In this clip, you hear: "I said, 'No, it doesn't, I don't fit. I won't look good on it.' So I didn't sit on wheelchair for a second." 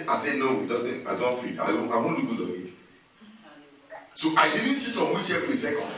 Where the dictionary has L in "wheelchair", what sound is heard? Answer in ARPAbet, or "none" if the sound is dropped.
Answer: none